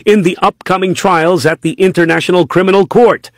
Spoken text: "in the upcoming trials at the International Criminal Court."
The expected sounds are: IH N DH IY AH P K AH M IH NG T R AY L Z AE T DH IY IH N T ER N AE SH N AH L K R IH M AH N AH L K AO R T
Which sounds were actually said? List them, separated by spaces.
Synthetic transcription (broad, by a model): IH N DH IY AH P K AH M IH NG T R AY L Z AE T DH IY IH N T ER N AE SH N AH L K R IH M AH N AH L K AO R T